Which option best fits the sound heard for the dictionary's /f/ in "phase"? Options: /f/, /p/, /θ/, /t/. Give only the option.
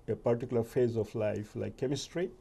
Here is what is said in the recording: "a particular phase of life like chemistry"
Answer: /f/